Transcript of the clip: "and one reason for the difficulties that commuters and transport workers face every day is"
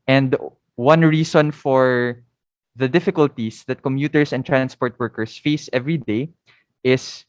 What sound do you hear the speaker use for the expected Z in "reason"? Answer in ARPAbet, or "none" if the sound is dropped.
S